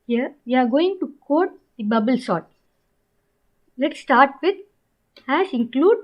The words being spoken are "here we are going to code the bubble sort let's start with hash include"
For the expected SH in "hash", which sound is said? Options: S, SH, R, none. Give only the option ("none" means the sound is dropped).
S